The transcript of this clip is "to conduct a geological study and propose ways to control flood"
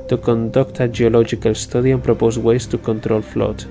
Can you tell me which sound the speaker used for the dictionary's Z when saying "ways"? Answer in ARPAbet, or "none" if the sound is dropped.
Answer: S